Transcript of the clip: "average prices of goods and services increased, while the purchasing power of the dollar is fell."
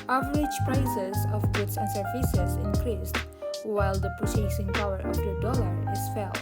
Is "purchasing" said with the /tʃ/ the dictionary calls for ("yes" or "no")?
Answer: no